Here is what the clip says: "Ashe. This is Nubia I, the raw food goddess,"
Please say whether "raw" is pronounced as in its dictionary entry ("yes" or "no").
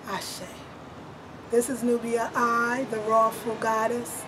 yes